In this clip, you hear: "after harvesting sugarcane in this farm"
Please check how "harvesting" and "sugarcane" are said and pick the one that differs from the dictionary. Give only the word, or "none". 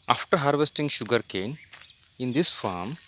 none